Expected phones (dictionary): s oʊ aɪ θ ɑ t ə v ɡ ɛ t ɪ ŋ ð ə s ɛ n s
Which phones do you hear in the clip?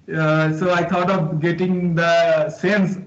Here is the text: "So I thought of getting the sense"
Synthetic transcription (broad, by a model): s oʊ aɪ t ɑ t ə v ɡ ɛ t ɪ ŋ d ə s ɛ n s